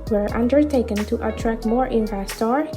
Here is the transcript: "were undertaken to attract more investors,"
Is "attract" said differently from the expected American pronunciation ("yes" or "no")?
no